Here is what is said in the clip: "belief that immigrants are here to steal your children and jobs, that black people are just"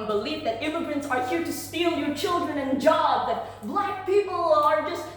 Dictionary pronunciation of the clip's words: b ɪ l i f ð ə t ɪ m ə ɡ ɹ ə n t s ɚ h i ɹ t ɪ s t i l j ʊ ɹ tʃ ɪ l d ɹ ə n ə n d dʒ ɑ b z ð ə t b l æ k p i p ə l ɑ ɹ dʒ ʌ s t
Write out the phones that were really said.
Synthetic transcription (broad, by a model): b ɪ l i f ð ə t ɪ m ə ɡ ɹ ə n t s ɚ h i ɹ t ɪ s t i l j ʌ ɹ tʃ ɪ l d ɹ ə n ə n dʒ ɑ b ð ə t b l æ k p i p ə l ɑ ɹ dʒ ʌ s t